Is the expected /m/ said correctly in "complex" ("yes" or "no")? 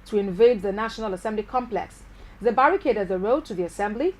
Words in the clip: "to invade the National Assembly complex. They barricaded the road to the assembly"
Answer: yes